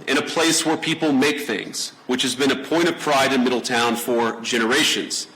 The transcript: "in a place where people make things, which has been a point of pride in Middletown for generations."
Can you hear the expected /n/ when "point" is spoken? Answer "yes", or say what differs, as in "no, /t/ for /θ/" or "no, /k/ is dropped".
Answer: no, /n/ is dropped